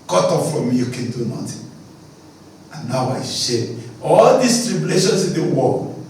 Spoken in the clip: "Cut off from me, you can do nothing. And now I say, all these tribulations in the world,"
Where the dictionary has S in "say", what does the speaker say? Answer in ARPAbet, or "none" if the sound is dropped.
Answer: SH